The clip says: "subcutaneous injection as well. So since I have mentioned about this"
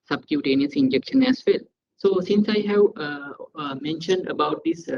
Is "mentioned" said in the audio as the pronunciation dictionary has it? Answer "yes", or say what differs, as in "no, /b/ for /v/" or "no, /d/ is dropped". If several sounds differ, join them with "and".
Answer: yes